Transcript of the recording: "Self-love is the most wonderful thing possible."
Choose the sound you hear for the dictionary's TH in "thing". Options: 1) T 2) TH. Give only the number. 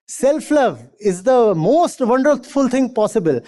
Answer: 1